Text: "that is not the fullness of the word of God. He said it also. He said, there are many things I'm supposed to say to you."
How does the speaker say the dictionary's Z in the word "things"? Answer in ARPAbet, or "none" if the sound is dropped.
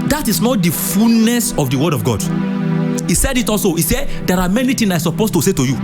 none